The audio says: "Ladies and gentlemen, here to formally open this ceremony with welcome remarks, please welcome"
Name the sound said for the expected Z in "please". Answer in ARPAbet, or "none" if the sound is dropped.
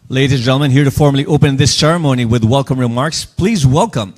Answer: Z